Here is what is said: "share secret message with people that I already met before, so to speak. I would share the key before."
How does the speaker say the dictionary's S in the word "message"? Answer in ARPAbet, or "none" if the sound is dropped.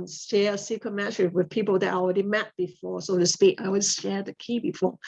SH